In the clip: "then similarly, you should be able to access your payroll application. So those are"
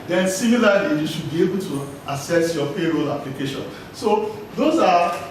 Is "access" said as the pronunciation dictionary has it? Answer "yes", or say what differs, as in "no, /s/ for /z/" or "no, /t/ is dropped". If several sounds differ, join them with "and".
no, /k/ is dropped